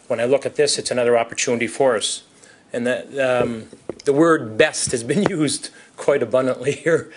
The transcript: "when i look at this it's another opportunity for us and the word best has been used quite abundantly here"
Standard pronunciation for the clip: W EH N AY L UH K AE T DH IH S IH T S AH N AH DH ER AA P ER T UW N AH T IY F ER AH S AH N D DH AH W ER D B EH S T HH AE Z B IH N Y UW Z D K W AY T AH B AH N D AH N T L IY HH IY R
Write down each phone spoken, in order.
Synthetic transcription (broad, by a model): W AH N AY L UH K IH T DH IH S IH T S AH N AH DH ER AA P ER T UW N AH T IY F ER AH S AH N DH DH AH W ER D B EH S T HH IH Z B IH N Y UW Z D K W AY T AH B AH N D AH N T L IY HH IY R